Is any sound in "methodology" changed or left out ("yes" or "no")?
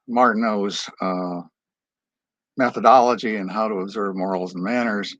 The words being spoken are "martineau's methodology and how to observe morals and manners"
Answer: no